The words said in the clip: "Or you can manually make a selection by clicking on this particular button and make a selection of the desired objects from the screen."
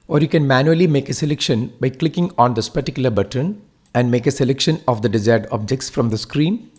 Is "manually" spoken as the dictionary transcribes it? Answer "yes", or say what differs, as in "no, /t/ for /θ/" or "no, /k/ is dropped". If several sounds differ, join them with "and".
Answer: yes